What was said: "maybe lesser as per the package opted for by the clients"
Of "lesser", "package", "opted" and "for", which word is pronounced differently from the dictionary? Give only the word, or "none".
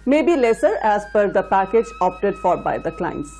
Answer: none